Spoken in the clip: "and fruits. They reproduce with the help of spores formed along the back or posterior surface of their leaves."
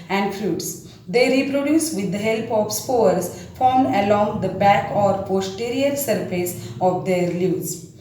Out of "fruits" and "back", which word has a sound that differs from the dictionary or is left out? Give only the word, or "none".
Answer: none